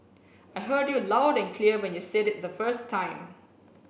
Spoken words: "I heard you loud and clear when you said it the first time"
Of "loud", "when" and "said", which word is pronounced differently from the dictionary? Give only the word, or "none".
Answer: none